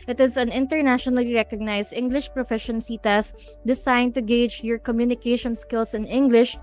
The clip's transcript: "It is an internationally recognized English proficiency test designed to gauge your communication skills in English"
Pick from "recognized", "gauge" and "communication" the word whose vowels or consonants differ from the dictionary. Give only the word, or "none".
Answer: recognized